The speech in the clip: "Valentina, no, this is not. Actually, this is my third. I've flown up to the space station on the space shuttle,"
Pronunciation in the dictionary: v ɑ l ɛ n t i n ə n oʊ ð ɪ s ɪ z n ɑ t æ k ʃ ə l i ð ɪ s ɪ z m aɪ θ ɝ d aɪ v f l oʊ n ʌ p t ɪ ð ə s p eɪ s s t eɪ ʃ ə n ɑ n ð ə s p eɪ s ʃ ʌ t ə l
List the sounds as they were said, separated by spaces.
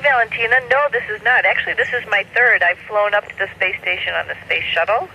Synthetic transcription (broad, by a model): v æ l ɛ n t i n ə n oʊ ð ɪ s ɪ z n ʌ t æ k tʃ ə l i ð ɪ s ɪ z m aɪ θ ɝ d aɪ v f l oʊ n ʌ p t ɪ ð ə s p eɪ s s t eɪ ʃ ə n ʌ n ð ə s p eɪ s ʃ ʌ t l